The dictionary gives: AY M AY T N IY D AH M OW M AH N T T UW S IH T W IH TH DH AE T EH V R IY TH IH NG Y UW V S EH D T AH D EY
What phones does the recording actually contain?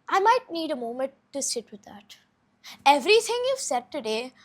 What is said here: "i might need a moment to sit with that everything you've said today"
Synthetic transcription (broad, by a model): AY M AY T N IY D AH M OW M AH N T T UW S IH T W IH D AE T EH V R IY T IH NG Y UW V S EH D T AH D EY